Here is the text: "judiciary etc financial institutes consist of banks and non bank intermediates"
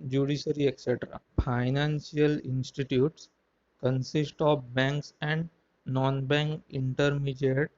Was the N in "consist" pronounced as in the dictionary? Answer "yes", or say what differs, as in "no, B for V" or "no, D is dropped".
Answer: yes